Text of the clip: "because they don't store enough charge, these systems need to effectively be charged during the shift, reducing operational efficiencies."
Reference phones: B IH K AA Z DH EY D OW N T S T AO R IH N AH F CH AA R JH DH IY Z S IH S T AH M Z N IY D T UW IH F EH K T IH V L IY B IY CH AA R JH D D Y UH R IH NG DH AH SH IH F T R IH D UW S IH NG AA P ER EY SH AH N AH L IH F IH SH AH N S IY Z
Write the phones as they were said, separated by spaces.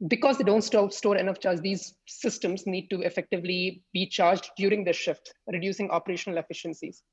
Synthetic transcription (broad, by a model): B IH K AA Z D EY D OW N T S T AO R IH N AH F CH AA R JH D IY Z S IH S T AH M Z N IY D T UW IH F EH K T IH V L IY B IY CH AA R JH D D Y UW R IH NG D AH SH IH F T R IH D UW S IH NG AA P ER EY SH AH N AH L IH F IH SH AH N S IY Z